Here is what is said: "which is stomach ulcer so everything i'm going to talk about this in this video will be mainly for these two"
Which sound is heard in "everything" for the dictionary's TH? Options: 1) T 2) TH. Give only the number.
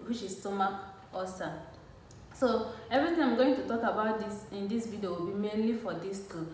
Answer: 1